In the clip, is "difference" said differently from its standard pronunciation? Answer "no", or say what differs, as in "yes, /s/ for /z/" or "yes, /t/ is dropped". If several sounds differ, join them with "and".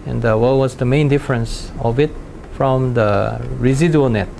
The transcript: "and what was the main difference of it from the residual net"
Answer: no